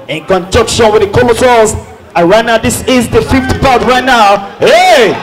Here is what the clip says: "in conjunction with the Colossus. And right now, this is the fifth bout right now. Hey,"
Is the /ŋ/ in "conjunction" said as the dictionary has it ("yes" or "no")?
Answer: no